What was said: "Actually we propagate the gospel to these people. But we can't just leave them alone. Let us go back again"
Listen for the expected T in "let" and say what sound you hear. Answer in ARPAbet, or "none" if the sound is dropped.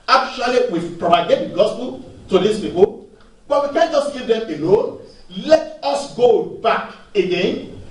T